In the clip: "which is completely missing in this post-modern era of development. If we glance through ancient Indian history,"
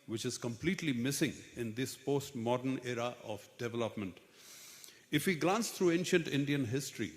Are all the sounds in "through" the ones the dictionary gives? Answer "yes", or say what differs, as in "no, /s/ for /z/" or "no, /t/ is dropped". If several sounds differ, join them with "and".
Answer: no, /t/ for /θ/